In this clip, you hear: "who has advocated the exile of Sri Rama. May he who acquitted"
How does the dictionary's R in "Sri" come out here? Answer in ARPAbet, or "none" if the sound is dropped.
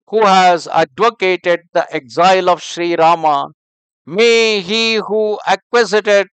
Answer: R